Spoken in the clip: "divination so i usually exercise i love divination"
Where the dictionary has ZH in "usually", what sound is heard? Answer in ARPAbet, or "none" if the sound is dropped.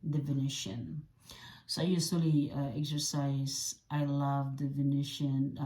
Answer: S